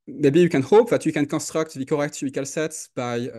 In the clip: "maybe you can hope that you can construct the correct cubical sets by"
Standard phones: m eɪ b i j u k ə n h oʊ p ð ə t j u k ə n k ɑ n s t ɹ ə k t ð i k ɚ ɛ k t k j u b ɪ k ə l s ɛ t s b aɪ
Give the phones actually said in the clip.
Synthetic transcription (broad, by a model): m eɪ b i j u k ə n h oʊ p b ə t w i k ə n k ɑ s t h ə k t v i k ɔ ɛ k t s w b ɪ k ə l s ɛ t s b aɪ